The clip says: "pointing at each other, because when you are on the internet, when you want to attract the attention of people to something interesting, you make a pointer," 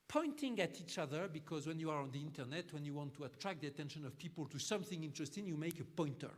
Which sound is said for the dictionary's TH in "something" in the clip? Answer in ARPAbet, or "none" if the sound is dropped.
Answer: TH